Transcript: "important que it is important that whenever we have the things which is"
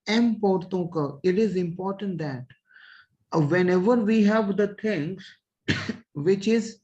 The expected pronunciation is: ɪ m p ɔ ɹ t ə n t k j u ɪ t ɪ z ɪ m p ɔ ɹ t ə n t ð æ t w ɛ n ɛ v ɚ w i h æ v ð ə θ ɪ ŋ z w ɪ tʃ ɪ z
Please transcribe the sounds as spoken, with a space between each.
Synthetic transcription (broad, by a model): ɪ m p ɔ ɹ t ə k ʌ ɪ t ɪ z ɪ m p ɔ ɹ t ə n t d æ t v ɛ n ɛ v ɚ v i h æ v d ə t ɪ ŋ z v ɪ tʃ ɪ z